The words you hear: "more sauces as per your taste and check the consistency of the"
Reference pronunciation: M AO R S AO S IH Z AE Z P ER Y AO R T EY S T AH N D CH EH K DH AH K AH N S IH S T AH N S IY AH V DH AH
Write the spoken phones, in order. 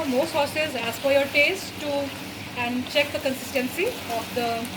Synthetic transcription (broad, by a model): M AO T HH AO S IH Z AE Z F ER Y AO R T EY S T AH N D CH EH K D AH K AH N S IH S T AH N S IY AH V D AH